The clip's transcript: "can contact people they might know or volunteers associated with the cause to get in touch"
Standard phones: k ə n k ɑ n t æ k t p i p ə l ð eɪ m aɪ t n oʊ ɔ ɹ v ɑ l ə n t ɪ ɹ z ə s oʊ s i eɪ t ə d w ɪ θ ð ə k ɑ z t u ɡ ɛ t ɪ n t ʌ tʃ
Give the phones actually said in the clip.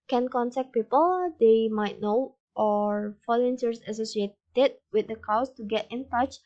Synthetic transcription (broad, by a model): k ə n k ɑ n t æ k p i p ə l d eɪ m aɪ t n oʊ ɔ ɹ f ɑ l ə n s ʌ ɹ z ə s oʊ s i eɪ t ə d w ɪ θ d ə k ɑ s t u ɡ ɛ t ɪ n t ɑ tʃ